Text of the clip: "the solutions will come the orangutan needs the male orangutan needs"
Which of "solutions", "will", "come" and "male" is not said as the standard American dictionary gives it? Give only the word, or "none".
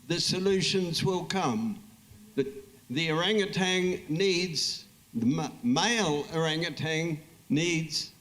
none